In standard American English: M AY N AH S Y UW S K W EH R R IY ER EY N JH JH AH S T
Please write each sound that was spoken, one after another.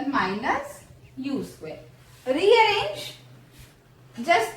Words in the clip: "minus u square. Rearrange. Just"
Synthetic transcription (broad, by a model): M AY N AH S Y UW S W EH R R IY ER EY N JH JH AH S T